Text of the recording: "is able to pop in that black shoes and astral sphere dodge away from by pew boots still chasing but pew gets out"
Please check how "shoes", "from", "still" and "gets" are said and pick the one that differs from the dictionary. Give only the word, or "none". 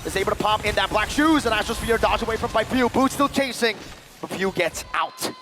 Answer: none